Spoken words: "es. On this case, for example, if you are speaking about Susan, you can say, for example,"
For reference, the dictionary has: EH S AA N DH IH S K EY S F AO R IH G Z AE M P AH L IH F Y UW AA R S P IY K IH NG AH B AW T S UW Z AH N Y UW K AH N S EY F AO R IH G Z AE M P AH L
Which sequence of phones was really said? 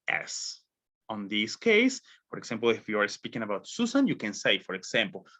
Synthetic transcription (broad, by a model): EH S AA N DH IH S K EY S F AO R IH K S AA M P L IH F Y UW AA R S P IY K IH NG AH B AW T S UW S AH N Y UW K AH N S EY F AO R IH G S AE M P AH L